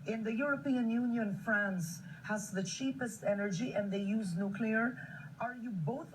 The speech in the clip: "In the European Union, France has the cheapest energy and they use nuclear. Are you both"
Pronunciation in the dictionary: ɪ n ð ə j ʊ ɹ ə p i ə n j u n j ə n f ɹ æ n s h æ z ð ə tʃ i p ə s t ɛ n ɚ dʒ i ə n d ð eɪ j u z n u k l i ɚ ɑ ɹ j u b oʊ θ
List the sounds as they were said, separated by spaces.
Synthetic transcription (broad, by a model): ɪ n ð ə j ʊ ɹ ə p i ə n j u n j ə n f ɹ æ n s h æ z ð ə tʃ i p ə s t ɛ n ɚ dʒ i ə n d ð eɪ j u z n u k l i ɚ ɑ ɹ j u b oʊ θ